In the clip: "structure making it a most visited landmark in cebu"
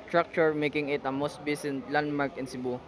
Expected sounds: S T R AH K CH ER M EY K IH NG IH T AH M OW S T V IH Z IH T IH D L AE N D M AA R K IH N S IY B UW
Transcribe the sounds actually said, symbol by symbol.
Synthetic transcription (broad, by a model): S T R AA K CH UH M EY K IH NG IH T AH M OW S T B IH S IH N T L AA N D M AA R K IH N S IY B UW